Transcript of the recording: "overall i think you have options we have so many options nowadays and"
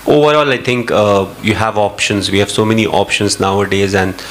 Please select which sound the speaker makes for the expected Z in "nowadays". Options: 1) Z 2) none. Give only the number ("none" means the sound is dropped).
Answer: 1